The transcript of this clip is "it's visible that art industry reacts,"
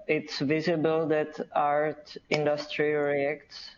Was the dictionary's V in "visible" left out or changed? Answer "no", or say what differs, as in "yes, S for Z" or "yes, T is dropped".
no